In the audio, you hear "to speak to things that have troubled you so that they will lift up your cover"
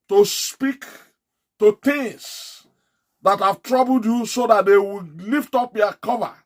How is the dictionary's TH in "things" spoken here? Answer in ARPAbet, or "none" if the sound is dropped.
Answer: T